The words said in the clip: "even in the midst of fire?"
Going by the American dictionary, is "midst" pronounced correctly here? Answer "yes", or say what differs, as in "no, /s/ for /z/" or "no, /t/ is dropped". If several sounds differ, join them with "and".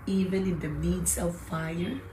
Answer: no, /t/ is dropped